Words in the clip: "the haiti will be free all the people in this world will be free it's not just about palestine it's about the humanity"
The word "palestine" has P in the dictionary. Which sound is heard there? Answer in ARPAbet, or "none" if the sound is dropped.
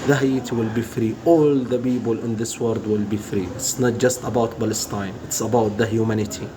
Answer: B